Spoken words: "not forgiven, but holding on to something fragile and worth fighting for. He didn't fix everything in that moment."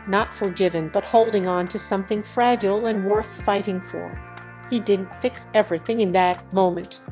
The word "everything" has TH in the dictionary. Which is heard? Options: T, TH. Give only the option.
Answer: TH